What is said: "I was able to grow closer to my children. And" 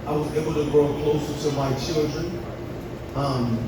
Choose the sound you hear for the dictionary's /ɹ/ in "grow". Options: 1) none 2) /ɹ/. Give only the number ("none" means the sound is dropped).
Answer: 2